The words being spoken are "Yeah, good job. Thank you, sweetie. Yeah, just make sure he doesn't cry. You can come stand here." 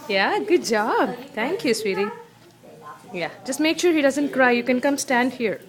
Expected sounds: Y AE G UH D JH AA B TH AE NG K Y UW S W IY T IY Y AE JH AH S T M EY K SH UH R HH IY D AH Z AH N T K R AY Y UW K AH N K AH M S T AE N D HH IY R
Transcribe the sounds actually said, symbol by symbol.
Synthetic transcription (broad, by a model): Y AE G UH D JH AA B T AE NG K Y UW S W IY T IY Y AE JH AH S T M EY K SH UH R HH IY D AH Z AH N T K R AY Y UW K AH N K AH M S T AE N D HH IY R